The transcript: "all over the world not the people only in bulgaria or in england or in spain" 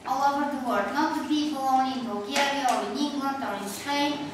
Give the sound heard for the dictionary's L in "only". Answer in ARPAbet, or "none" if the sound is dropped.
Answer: none